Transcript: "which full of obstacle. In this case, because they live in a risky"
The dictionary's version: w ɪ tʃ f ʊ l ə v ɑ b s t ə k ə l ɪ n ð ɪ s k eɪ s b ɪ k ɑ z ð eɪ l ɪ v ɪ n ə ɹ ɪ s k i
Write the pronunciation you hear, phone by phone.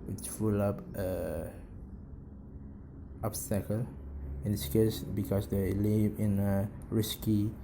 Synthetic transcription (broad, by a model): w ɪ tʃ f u l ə p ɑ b s t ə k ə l ɪ n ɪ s k eɪ s b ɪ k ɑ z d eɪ l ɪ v ɪ n ə ɹ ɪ s k i